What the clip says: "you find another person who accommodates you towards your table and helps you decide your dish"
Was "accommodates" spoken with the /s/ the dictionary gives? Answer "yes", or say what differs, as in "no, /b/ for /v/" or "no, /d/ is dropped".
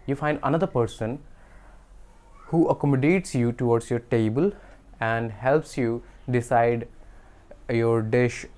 yes